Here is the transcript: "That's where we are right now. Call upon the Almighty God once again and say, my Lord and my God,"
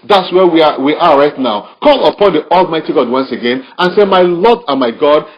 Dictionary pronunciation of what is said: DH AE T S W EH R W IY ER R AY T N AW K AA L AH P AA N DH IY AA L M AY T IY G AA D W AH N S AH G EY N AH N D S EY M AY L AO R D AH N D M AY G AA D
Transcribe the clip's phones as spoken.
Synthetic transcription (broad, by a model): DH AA T S W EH W W IY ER R AY T N AW K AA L AH P AA N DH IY AA L M AY T IY G AA D W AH N S AH G EY N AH N S EY M AY L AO D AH M AY G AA D